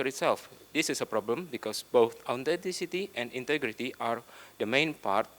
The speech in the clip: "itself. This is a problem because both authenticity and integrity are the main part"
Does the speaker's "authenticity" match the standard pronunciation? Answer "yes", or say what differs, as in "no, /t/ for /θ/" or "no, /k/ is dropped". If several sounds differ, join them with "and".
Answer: no, /t/ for /θ/ and /n/ is dropped